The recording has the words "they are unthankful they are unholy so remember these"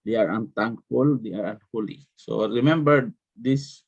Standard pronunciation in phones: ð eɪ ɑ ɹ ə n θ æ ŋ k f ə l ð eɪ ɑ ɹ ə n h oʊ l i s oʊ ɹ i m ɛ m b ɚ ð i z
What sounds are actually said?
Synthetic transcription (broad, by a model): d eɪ ɑ ɹ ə n t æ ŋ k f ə l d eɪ ɑ ɹ ə n h oʊ l i s oʊ ɹ i m ɛ m b ɚ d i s